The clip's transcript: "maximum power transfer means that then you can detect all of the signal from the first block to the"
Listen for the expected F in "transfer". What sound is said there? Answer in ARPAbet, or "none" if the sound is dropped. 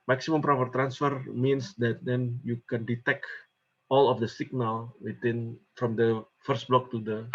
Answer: F